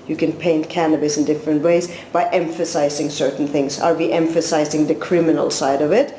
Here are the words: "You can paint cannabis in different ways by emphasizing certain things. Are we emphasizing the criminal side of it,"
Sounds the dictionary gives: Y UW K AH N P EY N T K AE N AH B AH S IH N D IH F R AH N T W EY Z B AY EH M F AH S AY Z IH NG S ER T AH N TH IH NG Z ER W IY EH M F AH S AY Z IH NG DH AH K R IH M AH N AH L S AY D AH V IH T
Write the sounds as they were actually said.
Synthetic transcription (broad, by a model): Y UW K AH N P EY N T K AE N AH B AH S IH N D IH F R AH N T W EY Z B AY EH M F AH S AY Z IH NG S ER T N TH IH NG Z ER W IY EH M F AH S AY Z IH NG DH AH K R IH M AH N AH L S AY D AH V IH T